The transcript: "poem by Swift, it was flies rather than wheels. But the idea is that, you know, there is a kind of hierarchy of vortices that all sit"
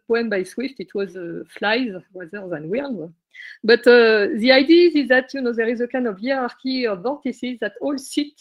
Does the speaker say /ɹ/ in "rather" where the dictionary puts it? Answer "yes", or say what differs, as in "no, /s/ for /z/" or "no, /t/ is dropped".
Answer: no, /w/ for /ɹ/